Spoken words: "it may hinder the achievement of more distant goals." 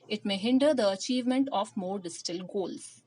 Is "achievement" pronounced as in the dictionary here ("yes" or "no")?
yes